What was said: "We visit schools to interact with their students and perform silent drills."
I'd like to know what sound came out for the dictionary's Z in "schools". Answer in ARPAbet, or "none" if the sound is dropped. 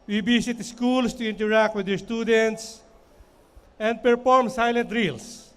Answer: S